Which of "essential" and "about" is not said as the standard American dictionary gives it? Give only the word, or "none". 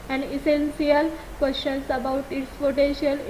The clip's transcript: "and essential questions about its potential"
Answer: essential